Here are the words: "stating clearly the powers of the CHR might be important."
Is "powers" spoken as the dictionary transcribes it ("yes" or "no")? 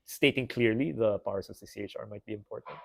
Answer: no